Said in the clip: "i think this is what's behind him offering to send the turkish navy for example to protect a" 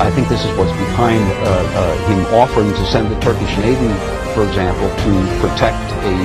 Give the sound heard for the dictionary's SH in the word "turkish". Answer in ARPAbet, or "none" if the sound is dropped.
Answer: SH